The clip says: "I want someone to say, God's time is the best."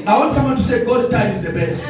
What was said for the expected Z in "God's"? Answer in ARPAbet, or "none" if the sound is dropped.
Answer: none